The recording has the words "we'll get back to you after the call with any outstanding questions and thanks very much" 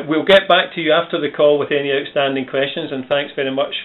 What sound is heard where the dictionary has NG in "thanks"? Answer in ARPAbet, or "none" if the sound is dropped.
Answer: NG